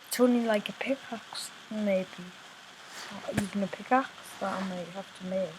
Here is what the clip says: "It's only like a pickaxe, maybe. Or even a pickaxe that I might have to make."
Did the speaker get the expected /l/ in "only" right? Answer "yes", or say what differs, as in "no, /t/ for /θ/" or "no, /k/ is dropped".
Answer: no, /l/ is dropped